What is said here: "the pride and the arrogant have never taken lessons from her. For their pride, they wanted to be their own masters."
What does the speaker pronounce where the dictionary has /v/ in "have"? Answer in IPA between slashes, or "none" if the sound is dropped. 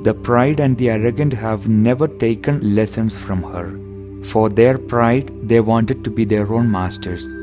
/v/